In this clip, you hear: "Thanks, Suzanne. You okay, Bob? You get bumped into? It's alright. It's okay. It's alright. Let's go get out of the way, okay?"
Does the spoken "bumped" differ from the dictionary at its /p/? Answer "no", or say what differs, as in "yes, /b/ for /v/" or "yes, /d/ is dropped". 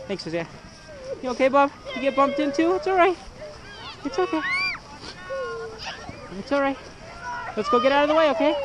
no